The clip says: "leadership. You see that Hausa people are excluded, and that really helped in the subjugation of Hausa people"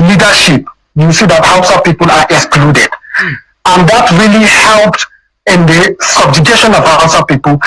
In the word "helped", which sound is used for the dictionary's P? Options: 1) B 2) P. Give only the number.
2